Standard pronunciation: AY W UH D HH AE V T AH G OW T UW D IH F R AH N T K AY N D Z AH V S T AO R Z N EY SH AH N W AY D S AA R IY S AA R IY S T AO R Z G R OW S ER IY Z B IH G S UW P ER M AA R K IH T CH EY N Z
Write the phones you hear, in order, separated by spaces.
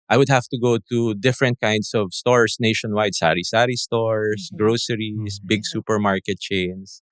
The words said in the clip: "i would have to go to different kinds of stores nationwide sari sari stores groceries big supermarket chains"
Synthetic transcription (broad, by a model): AY W UH D HH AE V T AH G OW T UW D IH F R AH N T K AY N D S AH V S T AO R S N EY SH AH N W AY D S AA R IY S AA R IY S T AO R S G R OW S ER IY S B IH G S UW P ER M AA R K IH T CH EY N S